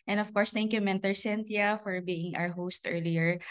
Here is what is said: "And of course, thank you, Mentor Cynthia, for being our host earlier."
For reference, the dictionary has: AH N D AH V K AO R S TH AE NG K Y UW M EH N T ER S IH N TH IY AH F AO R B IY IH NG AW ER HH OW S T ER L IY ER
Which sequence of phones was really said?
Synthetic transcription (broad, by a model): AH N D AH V K AO R S T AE NG K Y UW M EH N T ER S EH N T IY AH F AO R B IY IH NG AW ER HH OW S T ER L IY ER